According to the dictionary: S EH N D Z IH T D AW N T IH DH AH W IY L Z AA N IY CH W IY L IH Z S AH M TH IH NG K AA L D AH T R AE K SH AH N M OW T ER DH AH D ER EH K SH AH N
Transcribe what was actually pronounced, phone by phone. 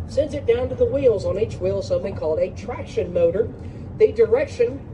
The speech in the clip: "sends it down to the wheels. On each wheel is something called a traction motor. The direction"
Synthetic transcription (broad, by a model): S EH N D Z IH T D AW N T IH DH AH W IY L Z N IY CH W IY L S AH M TH IH NG K AA L D AH T R AE K SH AH N M OW T ER DH AH D ER EH K SH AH N